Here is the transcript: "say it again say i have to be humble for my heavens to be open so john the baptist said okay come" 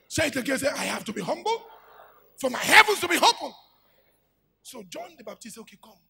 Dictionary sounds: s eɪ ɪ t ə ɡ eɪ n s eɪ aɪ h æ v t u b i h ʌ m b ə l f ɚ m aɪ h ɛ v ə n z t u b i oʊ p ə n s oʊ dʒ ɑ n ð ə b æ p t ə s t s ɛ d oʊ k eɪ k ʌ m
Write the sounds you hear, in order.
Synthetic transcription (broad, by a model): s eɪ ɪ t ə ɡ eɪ s eɪ aɪ h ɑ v t u b i h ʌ m b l f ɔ m aɪ h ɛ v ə n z t u b i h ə l s oʊ dʒ ɑ n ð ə b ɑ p t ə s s oʊ k eɪ k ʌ m